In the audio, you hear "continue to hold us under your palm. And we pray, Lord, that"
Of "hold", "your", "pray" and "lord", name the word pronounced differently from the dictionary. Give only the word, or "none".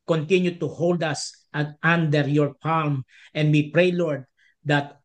none